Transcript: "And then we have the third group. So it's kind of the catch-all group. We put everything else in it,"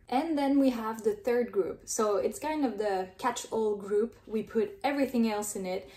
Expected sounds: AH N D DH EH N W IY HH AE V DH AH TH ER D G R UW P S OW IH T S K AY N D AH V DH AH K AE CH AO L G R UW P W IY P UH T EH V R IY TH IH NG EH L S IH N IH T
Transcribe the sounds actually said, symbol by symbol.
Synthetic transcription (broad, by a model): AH N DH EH N W IY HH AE V DH AH TH ER D G R UW P S OW IH T S K AY N D AH V DH AH K AE CH AO L G R UW P W IY P UH T EH V R IY TH IH NG EH L S IH N IH T